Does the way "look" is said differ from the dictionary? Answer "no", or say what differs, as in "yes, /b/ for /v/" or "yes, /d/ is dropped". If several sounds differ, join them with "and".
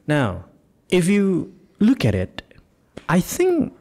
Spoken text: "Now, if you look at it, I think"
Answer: no